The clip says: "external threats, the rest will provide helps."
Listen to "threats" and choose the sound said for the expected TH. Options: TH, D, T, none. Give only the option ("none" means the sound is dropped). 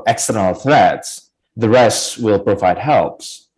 TH